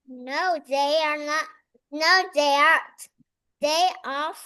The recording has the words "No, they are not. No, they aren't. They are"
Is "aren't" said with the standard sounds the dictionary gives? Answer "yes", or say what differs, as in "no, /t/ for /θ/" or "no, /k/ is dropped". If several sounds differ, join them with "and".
no, /n/ is dropped